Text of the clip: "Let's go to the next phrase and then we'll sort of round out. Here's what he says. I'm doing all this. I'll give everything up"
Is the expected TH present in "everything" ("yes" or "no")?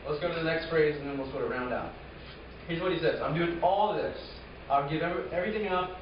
yes